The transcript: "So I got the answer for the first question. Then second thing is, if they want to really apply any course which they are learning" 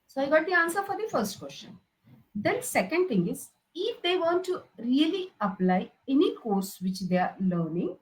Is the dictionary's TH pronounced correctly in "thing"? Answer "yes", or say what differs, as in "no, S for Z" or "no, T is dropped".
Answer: no, T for TH